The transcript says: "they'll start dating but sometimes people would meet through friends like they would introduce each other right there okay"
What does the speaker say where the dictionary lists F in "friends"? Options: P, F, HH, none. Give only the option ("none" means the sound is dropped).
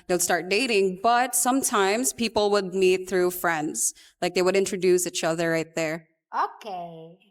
F